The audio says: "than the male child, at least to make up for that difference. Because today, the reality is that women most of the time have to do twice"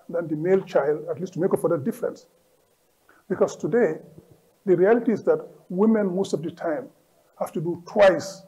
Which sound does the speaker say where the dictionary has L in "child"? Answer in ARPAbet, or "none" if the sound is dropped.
L